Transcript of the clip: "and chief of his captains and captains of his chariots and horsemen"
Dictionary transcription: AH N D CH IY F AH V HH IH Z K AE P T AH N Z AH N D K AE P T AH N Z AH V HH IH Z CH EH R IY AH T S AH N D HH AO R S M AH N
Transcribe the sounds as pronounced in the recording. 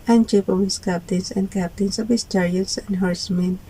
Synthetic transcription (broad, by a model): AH N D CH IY P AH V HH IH S K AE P T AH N S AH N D K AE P T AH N S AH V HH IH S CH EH R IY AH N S AH N D HH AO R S M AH N